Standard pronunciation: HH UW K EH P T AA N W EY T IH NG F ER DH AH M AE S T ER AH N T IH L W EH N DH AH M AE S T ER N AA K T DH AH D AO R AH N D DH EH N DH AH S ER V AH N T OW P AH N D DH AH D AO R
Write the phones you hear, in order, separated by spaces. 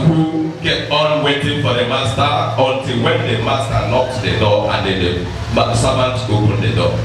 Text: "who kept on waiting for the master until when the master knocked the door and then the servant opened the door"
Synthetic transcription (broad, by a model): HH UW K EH T AA N W EY T IH NG F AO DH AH M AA S T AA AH N T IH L W EH N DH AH M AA S T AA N AA K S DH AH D AO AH N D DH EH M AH S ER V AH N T OW P AH N D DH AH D AO